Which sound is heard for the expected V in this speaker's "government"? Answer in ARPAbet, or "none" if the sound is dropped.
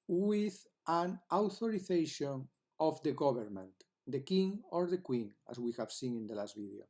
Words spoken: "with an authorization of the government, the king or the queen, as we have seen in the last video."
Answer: B